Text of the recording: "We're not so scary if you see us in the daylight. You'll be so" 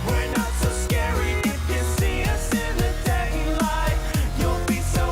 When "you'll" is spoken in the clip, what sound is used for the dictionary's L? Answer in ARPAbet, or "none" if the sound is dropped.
N